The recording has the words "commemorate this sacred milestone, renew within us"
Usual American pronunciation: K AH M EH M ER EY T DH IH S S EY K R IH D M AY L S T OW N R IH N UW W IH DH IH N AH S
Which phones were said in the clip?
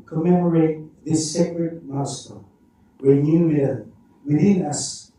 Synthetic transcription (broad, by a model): K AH M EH M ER EY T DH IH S S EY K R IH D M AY S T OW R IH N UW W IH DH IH N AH S